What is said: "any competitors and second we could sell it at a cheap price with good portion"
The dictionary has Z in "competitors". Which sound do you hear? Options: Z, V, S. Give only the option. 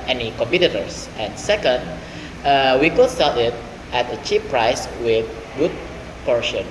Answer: S